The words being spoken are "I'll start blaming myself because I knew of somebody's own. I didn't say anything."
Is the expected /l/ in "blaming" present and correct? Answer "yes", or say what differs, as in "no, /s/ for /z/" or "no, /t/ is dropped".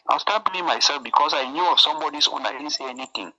no, /l/ is dropped